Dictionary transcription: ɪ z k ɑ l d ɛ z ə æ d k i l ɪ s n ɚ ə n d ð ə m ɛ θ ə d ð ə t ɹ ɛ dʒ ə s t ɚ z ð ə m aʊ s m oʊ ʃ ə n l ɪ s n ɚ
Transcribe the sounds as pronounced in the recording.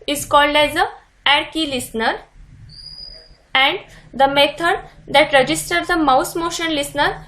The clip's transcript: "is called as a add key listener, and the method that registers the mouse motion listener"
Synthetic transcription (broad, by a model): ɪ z k ɑ l d ɛ z ə æ d k i l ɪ s n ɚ ə n d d ə m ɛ t ə d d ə t ɹ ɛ dʒ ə s t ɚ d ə m aʊ s m oʊ ʃ ə n l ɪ s n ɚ